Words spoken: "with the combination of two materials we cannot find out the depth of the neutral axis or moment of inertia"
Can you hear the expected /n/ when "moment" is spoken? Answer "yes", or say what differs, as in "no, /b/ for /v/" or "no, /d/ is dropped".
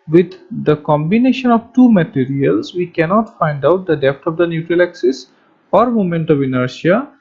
yes